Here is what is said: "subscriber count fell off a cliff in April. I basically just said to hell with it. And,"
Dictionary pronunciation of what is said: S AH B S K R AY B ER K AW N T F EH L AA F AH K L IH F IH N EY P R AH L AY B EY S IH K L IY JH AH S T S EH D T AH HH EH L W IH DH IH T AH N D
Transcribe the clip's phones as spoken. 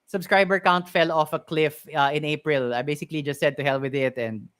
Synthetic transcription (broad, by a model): S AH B S K R AY B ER K AW N T F EH L AA F AH K L IH F IH N EY P R AH L AY B EY S IH K L IY JH AH S T S EH D T AH HH EH L W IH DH IH T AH N D